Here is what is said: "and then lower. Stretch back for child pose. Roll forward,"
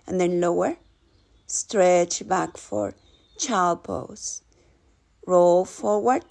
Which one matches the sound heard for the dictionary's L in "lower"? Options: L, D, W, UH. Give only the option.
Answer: L